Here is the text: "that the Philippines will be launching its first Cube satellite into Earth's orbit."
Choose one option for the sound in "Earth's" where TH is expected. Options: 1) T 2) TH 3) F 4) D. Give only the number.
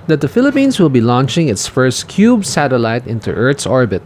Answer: 1